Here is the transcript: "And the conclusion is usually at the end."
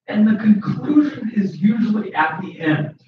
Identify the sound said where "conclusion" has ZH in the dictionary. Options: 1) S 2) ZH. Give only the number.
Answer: 2